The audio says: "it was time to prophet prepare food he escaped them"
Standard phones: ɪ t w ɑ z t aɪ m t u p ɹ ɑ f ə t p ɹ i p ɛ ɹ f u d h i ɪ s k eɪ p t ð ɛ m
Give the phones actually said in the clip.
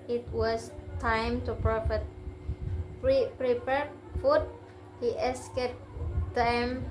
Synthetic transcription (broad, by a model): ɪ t w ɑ s t aɪ m t u p ɹ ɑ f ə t p ɹ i p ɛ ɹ f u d h i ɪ s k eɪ t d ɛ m